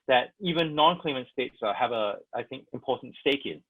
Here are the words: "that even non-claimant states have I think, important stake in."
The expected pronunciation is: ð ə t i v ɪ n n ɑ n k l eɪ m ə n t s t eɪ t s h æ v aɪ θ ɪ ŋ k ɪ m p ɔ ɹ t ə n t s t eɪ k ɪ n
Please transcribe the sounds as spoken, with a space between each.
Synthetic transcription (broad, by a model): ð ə t i v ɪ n n ɑ n k l eɪ m ə n t s t eɪ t s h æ v aɪ θ ɪ ŋ k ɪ m p ɔ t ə n t s t eɪ k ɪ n